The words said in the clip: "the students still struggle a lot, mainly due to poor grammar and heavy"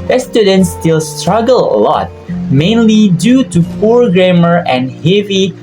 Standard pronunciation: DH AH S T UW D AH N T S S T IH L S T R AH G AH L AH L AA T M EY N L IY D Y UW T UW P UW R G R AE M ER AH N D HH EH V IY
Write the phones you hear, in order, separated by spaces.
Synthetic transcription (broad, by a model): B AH S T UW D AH N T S S T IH L S T R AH G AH L AH L AA T M EY N L IY D Y UW T UW F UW R G R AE M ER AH N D HH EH V IY